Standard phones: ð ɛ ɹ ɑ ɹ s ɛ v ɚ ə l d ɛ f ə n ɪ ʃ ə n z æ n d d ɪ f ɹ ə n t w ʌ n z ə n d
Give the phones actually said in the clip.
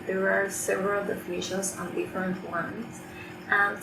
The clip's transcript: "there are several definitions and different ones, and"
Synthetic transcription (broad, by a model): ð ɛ ɹ ɑ ɹ s ɛ v ɚ ə l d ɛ f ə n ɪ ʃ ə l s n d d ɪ f ɹ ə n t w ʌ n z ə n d